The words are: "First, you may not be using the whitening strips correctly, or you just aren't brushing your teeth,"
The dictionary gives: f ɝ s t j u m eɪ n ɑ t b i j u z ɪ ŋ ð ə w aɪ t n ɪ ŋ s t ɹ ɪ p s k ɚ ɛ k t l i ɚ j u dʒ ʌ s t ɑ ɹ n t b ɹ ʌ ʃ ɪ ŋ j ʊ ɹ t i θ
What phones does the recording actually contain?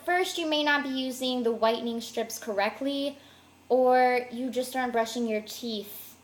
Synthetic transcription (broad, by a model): f ɝ s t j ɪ m eɪ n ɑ t b i j u z ɪ ŋ ð ə w aɪ t n ɪ ŋ s t ɹ ɪ p s k ɚ ɛ k t l i ɚ j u dʒ ʌ s t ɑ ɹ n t b ɹ ʌ ʃ ɪ ŋ j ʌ ɹ t i θ